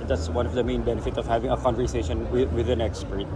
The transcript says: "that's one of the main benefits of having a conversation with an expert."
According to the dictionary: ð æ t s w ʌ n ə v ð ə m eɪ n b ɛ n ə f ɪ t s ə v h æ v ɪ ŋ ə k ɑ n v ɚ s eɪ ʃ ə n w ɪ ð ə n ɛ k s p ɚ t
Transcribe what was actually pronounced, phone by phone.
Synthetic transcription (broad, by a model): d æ t s w ʌ n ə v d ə m eɪ n b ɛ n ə f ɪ t ə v h æ v ɪ ŋ ə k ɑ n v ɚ s eɪ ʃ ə n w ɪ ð ə n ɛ k s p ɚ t